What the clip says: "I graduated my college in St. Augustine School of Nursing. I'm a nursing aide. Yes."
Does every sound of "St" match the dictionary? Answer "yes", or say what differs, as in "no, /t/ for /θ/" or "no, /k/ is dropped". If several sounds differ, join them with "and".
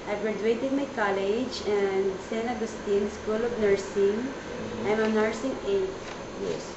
no, /t/ is dropped